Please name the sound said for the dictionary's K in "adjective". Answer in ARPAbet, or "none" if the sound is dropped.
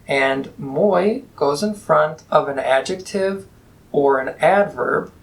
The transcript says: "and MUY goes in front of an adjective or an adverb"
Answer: K